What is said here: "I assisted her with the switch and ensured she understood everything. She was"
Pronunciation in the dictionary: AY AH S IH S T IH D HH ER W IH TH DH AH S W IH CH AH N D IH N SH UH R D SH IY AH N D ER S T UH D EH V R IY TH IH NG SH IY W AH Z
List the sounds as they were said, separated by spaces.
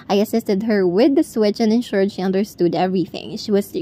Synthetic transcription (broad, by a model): AY AH S IH S T IH D HH ER W IH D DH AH S W IH CH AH N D IH N SH UH R D SH IY AH N D ER S T UH D EH V R IY TH IH NG SH IY W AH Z